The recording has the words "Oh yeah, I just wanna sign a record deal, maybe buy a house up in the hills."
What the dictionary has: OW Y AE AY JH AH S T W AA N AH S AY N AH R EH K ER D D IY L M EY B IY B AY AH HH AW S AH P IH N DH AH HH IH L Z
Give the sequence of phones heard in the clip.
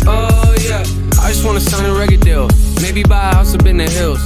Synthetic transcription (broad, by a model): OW Y AE AY JH AH S T W AA N AH S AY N AH R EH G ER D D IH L M EY B IY B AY AH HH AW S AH B IH N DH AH HH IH L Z